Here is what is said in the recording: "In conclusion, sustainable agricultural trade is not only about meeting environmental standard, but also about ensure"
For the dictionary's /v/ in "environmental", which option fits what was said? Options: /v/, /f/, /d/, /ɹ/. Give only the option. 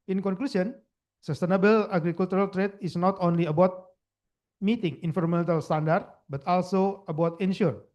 /f/